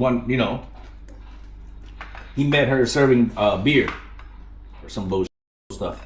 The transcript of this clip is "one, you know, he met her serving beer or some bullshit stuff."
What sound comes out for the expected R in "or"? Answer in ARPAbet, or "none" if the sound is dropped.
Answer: R